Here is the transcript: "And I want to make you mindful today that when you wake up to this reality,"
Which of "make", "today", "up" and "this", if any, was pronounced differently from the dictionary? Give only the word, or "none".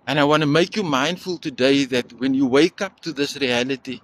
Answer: none